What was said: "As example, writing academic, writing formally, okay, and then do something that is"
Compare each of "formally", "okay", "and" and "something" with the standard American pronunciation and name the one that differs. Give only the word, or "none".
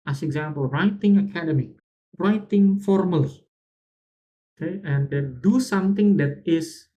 something